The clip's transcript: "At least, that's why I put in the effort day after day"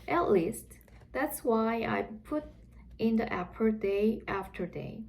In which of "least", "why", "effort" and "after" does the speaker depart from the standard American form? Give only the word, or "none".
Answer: effort